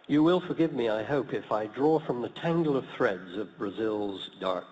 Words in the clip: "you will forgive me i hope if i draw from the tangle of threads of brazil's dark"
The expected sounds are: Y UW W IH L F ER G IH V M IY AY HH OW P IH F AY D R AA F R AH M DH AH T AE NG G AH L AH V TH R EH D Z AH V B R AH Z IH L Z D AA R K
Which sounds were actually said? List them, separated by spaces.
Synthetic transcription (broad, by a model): Y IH W IH L F ER G IH V M IY AY HH OW P IH F AY D R AA F R AH M DH AH T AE NG G L AH V TH R EH D Z AH V B R AH Z IH L Z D AA R K